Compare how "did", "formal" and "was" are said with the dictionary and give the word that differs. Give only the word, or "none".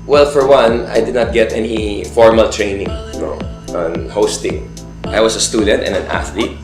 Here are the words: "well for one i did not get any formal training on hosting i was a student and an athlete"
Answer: was